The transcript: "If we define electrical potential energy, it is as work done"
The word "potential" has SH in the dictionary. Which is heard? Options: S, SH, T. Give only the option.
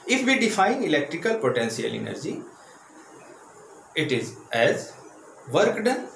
S